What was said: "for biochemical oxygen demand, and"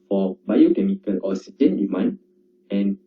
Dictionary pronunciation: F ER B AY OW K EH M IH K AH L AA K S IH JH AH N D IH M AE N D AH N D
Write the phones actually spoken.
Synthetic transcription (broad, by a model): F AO B AY OW K EH M IH K AH L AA S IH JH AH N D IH M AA N AH N